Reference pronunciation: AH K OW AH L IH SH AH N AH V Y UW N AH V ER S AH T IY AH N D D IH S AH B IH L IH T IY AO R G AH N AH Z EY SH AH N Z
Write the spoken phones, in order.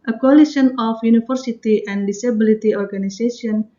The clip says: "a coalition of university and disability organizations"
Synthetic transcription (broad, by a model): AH K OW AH L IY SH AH N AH F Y UW N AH F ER S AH T IY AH N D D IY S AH B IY L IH T IY AO R G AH N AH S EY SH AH N